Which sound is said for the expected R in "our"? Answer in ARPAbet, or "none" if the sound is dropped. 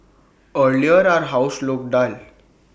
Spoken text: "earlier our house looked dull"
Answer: R